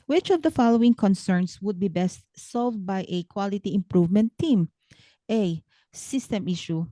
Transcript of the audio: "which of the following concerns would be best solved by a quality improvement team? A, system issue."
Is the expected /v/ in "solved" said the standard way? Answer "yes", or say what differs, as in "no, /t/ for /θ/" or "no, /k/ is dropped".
yes